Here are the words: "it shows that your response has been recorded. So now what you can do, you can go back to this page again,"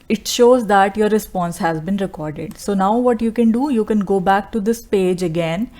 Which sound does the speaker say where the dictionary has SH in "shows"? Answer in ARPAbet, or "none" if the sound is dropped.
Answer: SH